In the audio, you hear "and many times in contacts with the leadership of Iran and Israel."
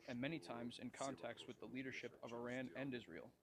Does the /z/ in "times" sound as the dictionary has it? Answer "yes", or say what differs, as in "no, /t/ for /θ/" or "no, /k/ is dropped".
yes